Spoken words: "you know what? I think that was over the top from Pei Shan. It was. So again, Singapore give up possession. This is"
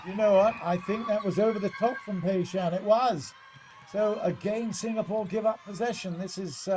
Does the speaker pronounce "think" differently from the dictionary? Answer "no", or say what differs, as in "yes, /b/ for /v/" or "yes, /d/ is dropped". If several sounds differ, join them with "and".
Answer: no